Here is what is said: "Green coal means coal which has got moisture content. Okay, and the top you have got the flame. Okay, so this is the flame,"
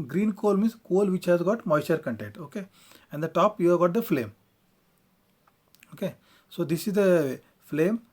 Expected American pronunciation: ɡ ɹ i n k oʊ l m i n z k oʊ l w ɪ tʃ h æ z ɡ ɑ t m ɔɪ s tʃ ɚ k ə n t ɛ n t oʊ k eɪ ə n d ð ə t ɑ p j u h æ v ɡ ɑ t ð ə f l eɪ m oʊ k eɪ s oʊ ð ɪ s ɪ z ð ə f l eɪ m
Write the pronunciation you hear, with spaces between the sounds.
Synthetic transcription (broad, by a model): ɡ ɹ i n k oʊ l m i z k oʊ l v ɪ tʃ h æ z ɡ ɑ t m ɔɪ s ɚ k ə n t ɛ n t oʊ k eɪ ə n d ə t ɑ p j u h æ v ɡ ɑ t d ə f l eɪ m oʊ k eɪ s oʊ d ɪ s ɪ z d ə f l eɪ m